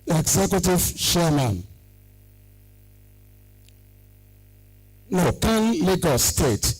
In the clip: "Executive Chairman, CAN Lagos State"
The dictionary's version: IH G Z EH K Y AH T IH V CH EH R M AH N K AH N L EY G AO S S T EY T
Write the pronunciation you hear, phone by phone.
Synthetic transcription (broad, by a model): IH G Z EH K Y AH T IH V SH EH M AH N K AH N L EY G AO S S T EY T